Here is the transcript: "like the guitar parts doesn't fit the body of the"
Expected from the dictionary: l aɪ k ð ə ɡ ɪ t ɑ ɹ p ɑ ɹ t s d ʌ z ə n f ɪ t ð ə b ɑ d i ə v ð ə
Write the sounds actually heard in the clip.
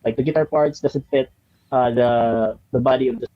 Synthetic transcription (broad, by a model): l aɪ k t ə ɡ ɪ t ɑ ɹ p ɑ ɹ t s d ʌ s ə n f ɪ t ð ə b ɑ d i ə v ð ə